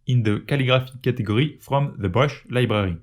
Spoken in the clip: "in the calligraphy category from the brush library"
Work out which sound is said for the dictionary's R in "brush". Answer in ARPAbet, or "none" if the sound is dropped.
none